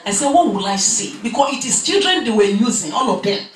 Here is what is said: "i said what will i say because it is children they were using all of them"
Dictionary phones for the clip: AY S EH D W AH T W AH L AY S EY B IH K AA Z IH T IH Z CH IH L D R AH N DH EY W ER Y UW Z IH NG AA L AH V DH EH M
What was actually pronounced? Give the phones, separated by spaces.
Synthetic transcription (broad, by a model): AY S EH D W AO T W AH L AY S EY B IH K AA S IH T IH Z CH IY L D R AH N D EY W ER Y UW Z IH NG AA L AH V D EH